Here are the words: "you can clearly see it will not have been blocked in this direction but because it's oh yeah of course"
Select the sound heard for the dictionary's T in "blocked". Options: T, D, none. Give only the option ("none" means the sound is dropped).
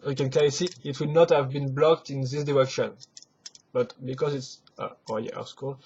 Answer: T